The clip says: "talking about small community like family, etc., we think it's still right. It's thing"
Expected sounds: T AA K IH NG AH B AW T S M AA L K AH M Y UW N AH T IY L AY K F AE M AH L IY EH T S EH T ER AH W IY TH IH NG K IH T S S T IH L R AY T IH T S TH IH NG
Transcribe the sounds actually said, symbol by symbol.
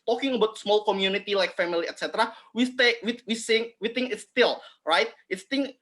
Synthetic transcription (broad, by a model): T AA K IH NG AH B AW T S M AA L K AH M Y UW N AH T IY L AY K F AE M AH L IY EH T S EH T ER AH W IY S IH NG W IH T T S T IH L R AY T IH T S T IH NG